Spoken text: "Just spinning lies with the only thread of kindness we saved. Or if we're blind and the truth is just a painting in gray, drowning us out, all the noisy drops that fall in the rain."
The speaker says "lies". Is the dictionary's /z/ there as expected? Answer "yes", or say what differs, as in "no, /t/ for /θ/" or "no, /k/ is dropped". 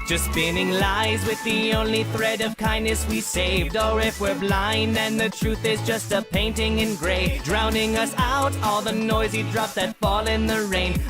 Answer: yes